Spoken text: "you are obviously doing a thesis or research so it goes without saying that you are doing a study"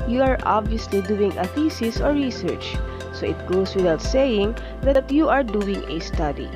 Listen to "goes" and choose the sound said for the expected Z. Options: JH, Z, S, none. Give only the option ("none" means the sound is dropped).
S